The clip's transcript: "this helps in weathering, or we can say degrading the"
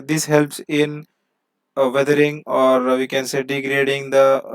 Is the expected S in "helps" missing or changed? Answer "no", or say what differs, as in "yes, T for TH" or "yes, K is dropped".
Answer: no